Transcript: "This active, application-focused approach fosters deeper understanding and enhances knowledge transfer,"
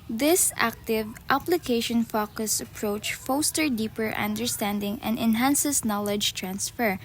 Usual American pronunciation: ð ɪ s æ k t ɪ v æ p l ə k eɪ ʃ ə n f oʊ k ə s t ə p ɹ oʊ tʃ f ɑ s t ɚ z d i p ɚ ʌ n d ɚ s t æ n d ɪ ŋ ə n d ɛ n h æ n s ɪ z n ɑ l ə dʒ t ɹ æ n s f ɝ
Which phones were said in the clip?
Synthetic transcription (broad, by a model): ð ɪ s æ k t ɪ v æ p l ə k eɪ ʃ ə n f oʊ k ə s ə p ɹ oʊ tʃ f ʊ s t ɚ d i p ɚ ʌ n d ɚ s t æ n d ɪ ŋ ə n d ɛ n h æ n s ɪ s n ɑ l ə dʒ t ɹ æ n s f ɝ